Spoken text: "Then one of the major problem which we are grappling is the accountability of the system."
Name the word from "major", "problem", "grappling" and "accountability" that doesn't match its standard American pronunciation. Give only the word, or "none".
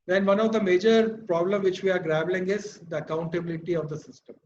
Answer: grappling